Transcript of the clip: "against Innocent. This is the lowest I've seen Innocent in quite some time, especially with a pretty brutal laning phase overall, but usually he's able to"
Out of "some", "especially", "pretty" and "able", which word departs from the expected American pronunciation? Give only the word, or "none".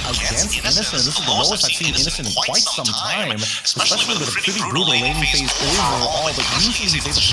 able